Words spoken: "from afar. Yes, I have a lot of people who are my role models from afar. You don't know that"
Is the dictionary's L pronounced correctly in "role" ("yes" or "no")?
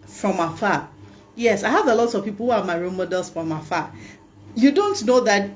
no